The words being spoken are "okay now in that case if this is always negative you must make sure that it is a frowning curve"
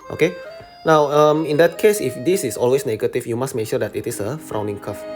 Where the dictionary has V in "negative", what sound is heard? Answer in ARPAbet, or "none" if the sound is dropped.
F